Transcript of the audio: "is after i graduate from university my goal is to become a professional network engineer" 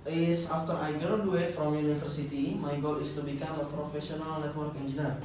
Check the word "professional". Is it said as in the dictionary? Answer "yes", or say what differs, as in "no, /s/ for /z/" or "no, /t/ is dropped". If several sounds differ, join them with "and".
no, /s/ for /ʃ/